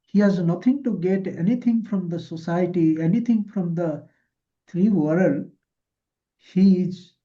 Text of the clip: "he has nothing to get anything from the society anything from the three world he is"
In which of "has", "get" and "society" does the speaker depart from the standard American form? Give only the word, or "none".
none